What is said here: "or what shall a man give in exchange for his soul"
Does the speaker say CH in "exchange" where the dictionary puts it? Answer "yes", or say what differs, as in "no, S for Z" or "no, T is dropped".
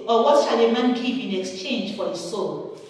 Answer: yes